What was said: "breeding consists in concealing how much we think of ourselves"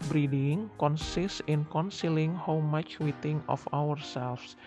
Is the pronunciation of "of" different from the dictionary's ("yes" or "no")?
yes